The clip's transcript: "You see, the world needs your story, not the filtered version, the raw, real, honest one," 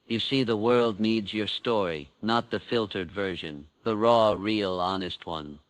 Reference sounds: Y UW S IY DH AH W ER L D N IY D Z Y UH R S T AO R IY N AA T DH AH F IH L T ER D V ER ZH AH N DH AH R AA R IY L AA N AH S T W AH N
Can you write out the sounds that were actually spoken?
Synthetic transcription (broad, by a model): Y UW S IY DH AH W ER L D N IY D Z Y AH R S T AO R IY N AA T DH AH F IH L T ER D V ER ZH AH N DH AH R AA R IY L AA N AH S T W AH N